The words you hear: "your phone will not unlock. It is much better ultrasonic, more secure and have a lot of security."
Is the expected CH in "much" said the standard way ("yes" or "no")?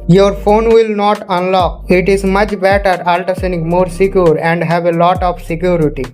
yes